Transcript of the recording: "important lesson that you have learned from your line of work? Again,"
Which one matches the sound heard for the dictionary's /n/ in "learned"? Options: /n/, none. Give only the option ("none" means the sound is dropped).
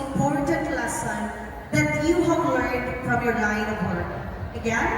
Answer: none